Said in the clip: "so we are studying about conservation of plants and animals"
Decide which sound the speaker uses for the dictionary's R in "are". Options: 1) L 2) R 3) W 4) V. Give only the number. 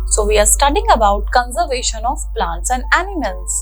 2